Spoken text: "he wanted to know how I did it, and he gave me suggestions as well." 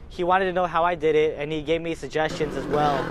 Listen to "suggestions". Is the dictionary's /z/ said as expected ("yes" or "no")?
yes